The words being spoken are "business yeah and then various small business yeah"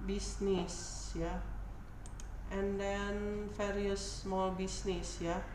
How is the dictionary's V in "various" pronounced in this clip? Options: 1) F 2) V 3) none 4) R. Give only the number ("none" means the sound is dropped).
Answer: 1